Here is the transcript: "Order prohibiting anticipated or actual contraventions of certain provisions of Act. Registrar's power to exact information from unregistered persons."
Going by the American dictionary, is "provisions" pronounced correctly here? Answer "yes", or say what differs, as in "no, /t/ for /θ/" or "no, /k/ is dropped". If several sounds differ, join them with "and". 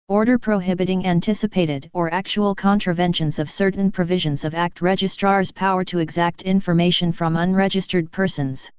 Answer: yes